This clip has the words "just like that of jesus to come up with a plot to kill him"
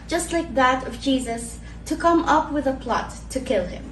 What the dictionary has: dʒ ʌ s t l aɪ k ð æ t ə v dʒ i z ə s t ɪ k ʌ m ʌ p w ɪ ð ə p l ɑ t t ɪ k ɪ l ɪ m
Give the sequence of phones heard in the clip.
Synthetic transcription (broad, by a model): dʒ ʌ s t l aɪ k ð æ t ə v dʒ i z ə s t ɪ k ʌ m ʌ p w ɪ ð ə p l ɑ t t ɪ k ɪ l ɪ m